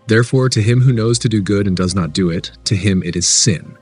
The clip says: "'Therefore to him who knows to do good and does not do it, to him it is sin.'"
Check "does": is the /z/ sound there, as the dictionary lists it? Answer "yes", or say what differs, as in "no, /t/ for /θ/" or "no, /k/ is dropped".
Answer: yes